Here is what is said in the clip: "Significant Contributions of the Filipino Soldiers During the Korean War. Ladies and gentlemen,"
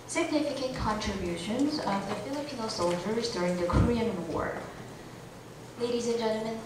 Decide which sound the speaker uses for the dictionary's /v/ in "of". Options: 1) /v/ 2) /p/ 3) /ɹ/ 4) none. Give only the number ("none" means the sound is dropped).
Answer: 1